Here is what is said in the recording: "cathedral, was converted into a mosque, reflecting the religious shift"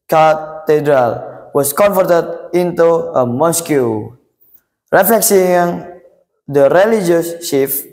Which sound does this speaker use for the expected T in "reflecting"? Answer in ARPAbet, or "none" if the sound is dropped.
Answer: S